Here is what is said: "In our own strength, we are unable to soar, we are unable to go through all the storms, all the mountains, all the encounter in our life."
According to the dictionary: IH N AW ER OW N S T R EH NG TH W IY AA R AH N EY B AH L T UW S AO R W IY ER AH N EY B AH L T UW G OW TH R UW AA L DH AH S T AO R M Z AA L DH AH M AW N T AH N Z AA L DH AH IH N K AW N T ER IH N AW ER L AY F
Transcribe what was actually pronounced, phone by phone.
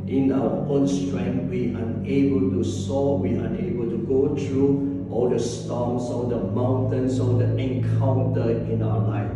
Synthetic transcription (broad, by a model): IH N AW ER OW N S T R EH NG W IY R AH N EY B AH L T UW S AO W IY AH N EY B AH L T UW G OW T R UW AA L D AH S T AO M S AA L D AH M AW N T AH N S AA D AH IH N K AW N T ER IH N AW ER L AY F